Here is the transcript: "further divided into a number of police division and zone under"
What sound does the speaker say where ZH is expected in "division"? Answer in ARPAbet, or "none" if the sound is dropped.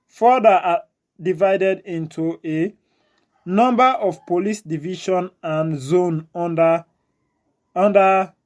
SH